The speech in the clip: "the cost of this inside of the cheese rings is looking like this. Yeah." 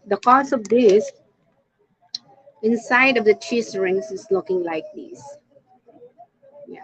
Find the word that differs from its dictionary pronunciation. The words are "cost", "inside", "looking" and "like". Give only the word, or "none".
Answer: cost